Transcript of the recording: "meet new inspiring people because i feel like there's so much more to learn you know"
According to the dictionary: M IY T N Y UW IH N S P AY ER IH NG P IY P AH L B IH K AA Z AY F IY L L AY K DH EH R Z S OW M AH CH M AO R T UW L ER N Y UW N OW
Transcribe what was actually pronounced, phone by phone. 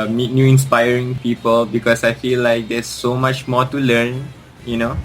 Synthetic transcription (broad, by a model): M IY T N Y UW IH N S P AY ER IH NG P IY P AH L B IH K AA S AY F IY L L AY K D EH S OW M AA CH M AO T UW L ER N Y UW N OW